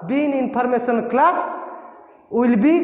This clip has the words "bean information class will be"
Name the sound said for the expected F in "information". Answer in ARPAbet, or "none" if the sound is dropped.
P